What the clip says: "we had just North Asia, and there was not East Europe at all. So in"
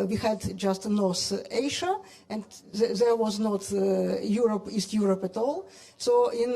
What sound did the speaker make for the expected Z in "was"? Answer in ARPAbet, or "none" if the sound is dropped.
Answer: Z